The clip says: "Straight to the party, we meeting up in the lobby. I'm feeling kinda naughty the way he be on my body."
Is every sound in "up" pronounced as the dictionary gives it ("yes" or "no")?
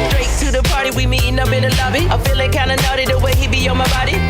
no